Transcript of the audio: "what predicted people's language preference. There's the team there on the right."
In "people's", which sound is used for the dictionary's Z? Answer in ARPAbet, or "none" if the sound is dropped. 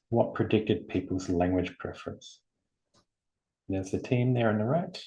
Z